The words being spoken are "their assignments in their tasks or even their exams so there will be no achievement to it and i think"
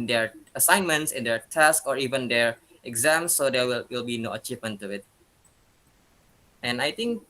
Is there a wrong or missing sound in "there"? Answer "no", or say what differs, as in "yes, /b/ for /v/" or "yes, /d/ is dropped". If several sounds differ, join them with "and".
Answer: yes, /w/ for /ɹ/